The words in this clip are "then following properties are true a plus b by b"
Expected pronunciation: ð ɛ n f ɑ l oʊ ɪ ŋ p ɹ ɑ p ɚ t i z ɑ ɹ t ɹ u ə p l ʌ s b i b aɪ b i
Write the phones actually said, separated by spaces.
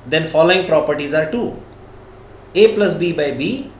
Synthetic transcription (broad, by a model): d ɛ n f ɑ l oʊ ɪ ŋ p ɹ ɑ p ɚ t i z ɑ ɹ t u ə p l ʌ s b i b aɪ b i